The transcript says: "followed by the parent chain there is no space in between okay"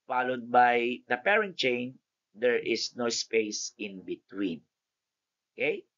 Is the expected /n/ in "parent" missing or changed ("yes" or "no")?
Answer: no